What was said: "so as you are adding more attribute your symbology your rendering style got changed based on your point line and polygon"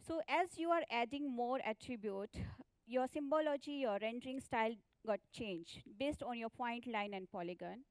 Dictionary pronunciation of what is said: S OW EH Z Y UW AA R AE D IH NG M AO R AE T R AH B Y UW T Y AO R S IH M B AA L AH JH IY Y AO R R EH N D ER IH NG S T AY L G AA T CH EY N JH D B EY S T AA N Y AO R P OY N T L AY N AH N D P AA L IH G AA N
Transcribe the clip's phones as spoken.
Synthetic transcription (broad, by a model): S OW EH Z Y UW AA R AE D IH NG M AO R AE T R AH B Y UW T Y AO R S IH M B AA L AH JH IY Y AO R R EH N D ER IH NG S T AY L G AA T CH EY N JH D B EY S T AA N Y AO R P OY N T L AY N AH N D P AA L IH G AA N